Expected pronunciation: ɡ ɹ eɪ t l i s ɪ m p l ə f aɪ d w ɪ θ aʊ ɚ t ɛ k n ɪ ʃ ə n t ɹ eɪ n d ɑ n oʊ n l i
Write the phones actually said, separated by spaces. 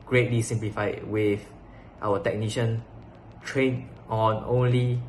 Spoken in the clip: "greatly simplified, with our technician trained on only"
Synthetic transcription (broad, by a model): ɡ ɹ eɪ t l i s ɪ m p l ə f aɪ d w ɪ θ aʊ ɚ t ɛ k n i ʃ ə n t ɹ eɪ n ɑ n oʊ n l i